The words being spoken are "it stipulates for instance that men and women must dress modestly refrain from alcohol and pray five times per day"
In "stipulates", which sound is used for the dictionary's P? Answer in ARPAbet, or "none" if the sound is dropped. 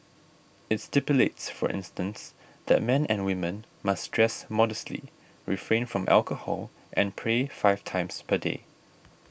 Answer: P